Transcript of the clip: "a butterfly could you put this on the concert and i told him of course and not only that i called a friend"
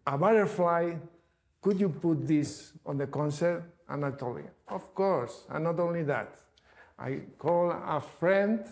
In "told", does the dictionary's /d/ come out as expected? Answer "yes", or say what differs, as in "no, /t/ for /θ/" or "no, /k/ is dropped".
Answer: no, /d/ is dropped